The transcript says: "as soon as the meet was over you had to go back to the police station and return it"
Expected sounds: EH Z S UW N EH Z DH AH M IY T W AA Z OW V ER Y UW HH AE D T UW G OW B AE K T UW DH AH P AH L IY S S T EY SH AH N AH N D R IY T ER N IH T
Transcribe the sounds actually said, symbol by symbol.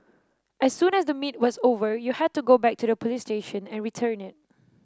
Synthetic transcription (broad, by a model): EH S UW N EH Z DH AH M IY T W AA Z OW V ER Y UW HH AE D T UW G OW B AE K T UW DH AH P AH L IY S S T EY SH AH N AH N R IY T ER N IH T